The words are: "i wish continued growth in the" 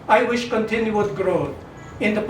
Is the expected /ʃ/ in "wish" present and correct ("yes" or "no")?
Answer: yes